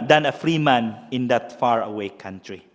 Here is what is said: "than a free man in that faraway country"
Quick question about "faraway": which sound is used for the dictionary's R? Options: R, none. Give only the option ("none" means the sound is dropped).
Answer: R